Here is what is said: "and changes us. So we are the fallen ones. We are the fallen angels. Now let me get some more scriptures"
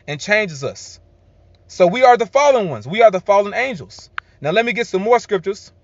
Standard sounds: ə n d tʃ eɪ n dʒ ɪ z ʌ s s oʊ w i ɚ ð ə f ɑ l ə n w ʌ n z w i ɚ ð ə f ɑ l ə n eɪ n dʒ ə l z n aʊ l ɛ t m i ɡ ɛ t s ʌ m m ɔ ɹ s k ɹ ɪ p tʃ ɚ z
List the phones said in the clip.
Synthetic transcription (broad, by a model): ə n tʃ eɪ n dʒ ɪ z ʌ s s oʊ w i ɚ ð ə f ɑ l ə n w ʌ n z w i ɚ ð ə f ɑ l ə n eɪ n dʒ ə l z n aʊ l ɛ t m i ɡ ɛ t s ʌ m m ɔ ɹ s k ɹ ɪ p tʃ ɚ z